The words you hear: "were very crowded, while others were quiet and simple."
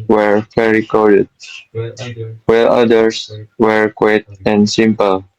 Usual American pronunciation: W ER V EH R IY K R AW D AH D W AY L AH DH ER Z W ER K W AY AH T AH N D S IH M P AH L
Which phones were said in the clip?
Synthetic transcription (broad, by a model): W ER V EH R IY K AO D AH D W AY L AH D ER S W ER K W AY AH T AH N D S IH M P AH L